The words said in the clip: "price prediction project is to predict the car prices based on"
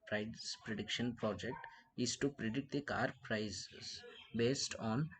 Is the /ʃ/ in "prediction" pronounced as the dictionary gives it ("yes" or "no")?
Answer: yes